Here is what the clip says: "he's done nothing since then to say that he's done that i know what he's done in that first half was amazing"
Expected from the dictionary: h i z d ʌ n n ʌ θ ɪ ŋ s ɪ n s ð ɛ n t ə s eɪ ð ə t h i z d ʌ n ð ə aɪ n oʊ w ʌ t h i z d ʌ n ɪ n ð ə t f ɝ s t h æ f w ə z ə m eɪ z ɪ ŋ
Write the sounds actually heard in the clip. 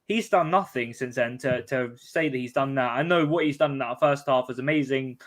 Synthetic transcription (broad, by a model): h i z d ʌ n n ʌ θ ɪ ŋ s ɪ n s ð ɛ n t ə s eɪ ð ə t h i z d ʌ n ð ə aɪ n oʊ w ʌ t h i z d ʌ n ɪ n ð ə t f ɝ s t h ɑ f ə z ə m eɪ z ɪ ŋ